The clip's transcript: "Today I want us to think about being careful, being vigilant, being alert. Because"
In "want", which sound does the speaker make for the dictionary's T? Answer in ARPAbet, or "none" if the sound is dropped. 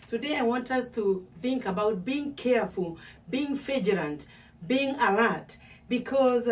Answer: T